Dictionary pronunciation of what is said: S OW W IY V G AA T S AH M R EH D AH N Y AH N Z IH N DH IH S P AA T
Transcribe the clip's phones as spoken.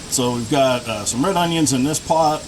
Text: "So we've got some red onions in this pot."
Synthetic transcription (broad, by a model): S OW W IY V G AA T S AH M R EH D AH N Y AH N Z IH N DH IH S P AA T